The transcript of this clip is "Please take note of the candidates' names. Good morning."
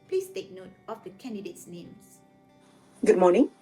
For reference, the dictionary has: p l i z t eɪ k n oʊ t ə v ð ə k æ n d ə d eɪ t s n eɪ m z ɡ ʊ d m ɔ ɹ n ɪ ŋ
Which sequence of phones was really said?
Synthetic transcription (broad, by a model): p l i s t eɪ k n oʊ t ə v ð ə k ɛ n d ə d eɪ t s n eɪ m s ɡ ʊ d m ɔ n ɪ ŋ